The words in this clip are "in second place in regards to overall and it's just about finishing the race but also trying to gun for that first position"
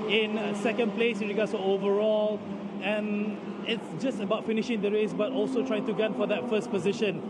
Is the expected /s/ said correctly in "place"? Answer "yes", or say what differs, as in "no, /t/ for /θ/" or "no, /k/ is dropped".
yes